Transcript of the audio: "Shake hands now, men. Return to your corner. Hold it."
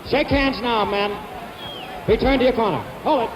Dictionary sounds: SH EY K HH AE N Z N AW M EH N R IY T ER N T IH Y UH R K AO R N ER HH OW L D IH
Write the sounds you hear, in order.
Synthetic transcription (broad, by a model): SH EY K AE N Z N AW M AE N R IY T ER N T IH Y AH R K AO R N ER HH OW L IH